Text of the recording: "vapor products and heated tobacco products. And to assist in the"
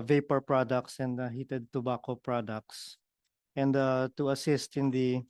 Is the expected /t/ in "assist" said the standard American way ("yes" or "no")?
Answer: yes